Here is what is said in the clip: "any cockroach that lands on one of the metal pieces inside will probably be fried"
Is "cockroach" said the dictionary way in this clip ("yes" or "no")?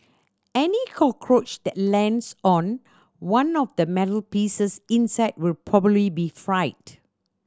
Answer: yes